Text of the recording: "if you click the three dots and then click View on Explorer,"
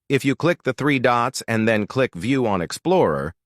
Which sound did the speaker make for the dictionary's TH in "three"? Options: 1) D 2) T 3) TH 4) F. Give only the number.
3